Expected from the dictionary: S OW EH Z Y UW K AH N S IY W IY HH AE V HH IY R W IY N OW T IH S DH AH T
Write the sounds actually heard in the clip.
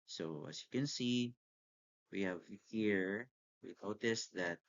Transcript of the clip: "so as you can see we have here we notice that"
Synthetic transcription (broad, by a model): S OW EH S Y UW K AH N S IY W IY HH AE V HH IY R W IY N OW T IH S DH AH T